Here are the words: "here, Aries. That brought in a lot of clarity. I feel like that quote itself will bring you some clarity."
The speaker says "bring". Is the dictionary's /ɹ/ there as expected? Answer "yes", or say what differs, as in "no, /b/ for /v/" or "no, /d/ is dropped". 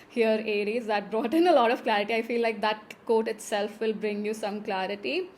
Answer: yes